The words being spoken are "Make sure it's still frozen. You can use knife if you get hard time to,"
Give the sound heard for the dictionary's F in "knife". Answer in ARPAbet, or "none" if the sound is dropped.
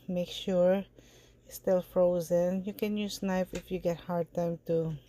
P